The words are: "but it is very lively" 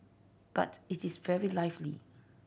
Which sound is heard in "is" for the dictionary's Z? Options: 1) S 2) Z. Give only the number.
1